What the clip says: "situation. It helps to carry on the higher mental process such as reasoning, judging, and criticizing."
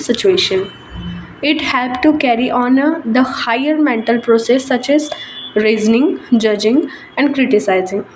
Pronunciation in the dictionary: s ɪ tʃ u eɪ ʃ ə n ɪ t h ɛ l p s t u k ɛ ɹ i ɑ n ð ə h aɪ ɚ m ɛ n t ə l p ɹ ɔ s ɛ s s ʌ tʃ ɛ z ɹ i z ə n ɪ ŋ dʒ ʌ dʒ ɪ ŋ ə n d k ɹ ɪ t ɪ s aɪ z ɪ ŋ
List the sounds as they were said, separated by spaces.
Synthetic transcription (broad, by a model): s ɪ tʃ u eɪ ʃ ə n ɪ t h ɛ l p t u k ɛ ɹ i ɑ n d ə h aɪ ɚ m ɛ n t ə l p ɹ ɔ s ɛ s s ʌ tʃ ɛ z ɹ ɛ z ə n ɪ ŋ dʒ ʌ dʒ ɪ ŋ ə n d k ɹ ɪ t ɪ s aɪ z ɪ ŋ